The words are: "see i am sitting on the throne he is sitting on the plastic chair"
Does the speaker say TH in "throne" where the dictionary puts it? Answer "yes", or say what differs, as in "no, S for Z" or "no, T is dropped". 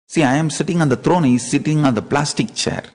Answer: no, T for TH